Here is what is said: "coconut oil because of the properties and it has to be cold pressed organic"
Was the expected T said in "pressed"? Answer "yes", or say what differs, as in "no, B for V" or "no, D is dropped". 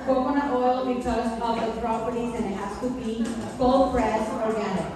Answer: no, T is dropped